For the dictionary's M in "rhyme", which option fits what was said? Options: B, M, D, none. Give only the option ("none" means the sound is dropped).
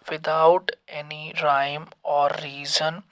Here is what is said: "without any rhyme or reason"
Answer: M